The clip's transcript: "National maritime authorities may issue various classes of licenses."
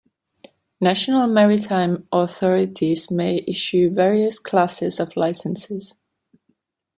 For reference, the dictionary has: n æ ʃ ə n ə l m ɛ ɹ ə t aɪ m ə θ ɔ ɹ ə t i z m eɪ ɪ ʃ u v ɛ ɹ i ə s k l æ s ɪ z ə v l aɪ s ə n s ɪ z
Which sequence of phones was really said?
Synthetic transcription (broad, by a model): n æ ʃ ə n ə l m ɛ ɹ ə t aɪ m ə θ ɔ ɹ ə t i z m eɪ ɪ ʃ u v ɛ ɹ i ə s k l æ s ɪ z ə v l aɪ s ə n s ɪ z